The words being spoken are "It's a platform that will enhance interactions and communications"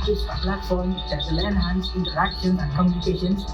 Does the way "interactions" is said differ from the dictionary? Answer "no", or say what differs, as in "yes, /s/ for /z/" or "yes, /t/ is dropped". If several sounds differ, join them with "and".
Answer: yes, /z/ is dropped